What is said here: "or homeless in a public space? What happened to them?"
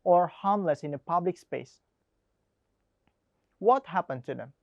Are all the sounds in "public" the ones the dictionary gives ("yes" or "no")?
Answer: yes